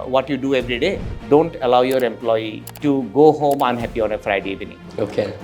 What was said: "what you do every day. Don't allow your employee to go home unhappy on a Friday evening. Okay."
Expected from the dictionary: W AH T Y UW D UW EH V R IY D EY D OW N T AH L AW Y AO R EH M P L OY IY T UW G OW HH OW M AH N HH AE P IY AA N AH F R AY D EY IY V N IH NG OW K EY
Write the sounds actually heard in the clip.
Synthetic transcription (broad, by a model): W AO T Y UW D UW EH V R IY D EY D OW N T AH L AW Y AO R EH M P L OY IY T UW G OW HH OW M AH N HH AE P IY AA N AH F R AY D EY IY N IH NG OW K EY